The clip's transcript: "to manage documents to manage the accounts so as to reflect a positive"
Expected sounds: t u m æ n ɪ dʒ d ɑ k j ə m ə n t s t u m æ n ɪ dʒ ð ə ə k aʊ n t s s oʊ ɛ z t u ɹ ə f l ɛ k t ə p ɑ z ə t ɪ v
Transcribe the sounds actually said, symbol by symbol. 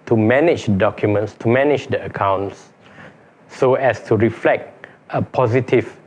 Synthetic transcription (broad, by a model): t u m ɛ n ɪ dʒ d ɑ k j ə m ə n t s t u m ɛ n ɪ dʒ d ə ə k aʊ n t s s oʊ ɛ s t u ɹ ə f l ɛ k t ə p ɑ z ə t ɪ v